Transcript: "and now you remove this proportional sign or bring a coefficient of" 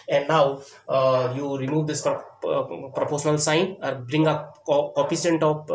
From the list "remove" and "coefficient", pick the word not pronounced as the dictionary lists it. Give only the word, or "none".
coefficient